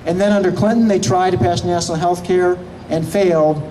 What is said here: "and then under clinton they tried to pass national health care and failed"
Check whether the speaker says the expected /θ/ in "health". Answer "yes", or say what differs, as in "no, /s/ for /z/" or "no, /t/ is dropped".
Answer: yes